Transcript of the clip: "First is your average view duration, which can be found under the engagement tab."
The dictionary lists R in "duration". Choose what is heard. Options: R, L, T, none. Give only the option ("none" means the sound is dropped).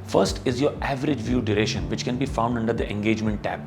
R